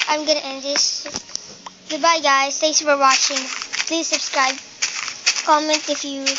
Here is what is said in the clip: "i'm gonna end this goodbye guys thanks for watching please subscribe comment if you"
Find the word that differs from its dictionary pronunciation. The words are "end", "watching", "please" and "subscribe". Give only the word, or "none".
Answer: none